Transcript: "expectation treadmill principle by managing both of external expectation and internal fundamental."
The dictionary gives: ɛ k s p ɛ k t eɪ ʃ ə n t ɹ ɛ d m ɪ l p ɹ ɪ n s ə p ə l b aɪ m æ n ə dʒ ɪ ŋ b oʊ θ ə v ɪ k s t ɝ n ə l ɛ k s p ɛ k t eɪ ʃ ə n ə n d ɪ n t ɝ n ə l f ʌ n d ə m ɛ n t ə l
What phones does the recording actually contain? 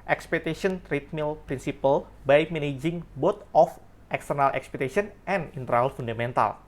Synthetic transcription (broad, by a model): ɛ k s p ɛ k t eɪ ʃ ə n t ɹ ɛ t m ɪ l p ɹ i n s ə p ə l b aɪ m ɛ n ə dʒ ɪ ŋ b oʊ t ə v ɪ k s t ɝ n ə l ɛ k s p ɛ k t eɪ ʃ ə n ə n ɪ n t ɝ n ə l f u n d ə m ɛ n t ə l